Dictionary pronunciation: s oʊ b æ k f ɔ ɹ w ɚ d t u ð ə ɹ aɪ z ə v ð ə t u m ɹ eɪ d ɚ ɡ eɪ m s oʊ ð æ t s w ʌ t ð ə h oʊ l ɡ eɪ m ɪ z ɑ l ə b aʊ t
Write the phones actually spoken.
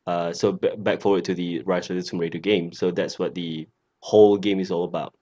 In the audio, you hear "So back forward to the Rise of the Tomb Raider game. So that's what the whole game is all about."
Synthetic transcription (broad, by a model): s oʊ b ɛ k f ɔ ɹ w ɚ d t u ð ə ɹ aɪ s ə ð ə s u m ɹ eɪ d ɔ ɡ eɪ m s oʊ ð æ t s w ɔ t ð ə h oʊ l ɡ eɪ m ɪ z ɑ l ə b aʊ t